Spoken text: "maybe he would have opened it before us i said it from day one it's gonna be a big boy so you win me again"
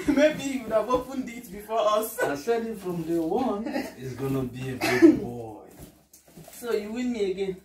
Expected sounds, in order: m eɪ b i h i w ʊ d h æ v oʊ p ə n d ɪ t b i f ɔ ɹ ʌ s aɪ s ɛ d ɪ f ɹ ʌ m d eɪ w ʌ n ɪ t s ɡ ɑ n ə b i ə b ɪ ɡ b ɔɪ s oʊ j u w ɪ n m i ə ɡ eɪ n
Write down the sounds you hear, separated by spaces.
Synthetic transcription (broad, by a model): m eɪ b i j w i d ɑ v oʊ f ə n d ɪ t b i f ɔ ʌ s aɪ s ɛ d ɪ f ɹ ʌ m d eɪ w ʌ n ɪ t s ɡ ɑ n ə b i ə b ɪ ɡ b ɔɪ s oʊ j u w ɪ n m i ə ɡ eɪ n